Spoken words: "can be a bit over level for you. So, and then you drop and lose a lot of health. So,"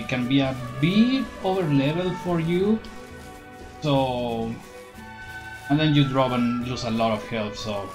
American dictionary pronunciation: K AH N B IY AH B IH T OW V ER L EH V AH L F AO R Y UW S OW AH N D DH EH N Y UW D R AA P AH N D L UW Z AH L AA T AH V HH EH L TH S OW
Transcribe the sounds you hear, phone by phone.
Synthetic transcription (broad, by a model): K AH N B IY AH B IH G OW V ER L EH V AH L F AO R Y UW S OW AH N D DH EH N Y UW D R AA B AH N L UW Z AH L AA T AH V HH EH L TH S OW